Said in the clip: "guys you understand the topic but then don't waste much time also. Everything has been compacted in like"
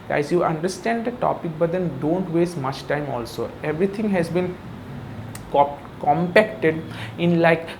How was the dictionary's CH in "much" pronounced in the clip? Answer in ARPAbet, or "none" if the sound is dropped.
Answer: CH